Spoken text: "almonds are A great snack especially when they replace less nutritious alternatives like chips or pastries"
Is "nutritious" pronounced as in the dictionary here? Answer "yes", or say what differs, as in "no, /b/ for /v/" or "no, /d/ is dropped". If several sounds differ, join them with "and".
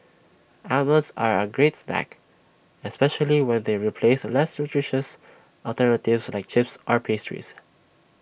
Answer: yes